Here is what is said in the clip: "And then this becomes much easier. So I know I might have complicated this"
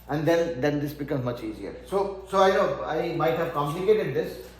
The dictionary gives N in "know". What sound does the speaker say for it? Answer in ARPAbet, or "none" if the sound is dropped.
L